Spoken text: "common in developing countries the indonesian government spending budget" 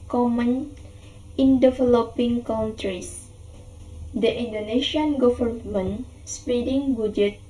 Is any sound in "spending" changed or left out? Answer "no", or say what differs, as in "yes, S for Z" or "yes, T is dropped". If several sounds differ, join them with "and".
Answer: yes, N is dropped